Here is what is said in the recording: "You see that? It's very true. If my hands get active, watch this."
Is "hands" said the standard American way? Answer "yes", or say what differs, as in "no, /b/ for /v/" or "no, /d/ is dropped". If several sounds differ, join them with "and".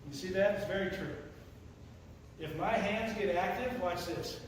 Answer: yes